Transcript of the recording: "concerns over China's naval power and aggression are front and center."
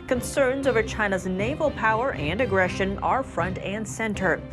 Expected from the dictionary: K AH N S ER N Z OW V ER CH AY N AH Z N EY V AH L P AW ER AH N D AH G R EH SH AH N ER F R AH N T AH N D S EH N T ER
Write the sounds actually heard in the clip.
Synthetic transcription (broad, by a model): K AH N S ER N Z OW V ER CH AY N AH Z N EY V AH L P AW ER AH N D AH G R EH SH AH N ER F R AH N T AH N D S EH N T ER